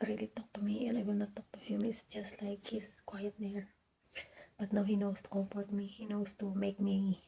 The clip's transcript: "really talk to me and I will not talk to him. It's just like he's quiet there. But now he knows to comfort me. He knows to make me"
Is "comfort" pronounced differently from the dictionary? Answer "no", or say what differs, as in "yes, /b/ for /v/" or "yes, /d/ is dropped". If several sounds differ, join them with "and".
yes, /p/ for /f/